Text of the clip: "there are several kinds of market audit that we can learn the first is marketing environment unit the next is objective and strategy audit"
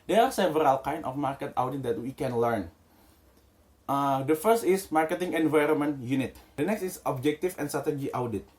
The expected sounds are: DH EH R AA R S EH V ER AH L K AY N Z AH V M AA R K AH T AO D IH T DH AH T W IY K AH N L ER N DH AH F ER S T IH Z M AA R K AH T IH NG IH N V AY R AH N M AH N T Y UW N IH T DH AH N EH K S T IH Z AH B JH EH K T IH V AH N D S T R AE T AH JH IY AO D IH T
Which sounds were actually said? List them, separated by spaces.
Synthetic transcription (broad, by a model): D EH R AA R S EH V ER AH L K AY N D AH F M AA R K AH T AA D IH T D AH T W IY K AH N L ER N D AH F ER S T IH S M AA R K AH T IH NG IH N V AY R AH N M AH N T Y UW N IH T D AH N EH K S T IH S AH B JH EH K T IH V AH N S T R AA T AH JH IY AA D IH T